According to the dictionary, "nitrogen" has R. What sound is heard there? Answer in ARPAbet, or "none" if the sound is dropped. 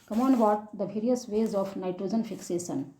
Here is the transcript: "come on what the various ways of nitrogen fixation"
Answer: R